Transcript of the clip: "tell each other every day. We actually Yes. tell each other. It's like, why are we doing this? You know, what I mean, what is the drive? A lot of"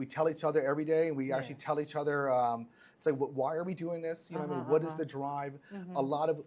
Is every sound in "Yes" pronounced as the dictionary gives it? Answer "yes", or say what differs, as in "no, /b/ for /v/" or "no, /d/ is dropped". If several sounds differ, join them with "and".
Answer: no, /s/ is dropped